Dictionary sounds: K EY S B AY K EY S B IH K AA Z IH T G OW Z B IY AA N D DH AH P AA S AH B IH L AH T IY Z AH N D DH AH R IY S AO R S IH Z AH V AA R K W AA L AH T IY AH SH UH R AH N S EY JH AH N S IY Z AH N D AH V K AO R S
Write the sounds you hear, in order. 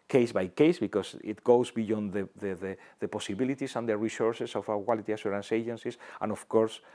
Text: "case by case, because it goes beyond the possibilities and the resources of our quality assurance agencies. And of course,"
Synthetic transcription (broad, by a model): K EY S B AY K EY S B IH K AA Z IH T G OW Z B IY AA N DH DH AH P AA S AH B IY L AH T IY S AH N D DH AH R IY S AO R S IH S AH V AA K W AA L AH T IY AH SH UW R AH N S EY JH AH N S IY S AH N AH F K AO R S